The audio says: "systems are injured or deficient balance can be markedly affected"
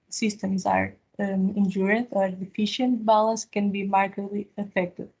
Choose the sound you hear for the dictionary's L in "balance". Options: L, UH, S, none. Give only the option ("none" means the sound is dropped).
L